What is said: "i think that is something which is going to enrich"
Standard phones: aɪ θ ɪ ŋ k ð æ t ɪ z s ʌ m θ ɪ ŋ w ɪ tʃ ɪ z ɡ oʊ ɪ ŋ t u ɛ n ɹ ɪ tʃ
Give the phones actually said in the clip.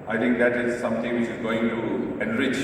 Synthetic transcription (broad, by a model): aɪ t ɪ ŋ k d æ t ɪ z s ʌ m t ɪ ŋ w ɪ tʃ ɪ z ɡ oʊ ɪ ŋ t u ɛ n ɹ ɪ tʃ